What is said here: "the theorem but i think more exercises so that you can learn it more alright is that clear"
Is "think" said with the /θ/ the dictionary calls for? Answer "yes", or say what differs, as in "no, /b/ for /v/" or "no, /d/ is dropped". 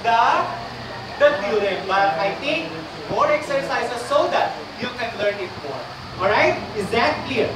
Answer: no, /t/ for /θ/